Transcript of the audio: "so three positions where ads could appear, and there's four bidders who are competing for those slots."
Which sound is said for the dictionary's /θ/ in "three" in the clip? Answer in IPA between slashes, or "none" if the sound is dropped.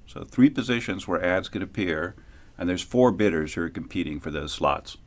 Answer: /θ/